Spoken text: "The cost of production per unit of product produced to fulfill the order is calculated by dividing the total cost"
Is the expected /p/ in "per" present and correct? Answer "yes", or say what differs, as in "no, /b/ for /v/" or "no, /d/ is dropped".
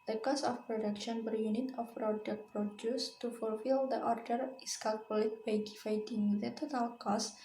no, /b/ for /p/